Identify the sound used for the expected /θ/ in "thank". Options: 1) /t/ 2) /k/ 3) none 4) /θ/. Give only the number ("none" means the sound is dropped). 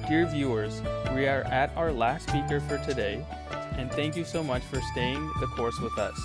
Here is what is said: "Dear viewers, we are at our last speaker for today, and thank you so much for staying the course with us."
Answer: 4